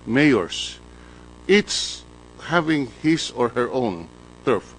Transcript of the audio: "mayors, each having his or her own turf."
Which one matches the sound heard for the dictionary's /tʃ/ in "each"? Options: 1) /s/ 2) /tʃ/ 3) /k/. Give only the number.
1